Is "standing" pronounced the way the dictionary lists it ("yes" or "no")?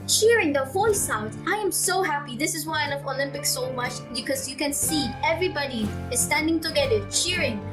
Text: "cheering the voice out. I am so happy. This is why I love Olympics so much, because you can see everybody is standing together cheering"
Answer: yes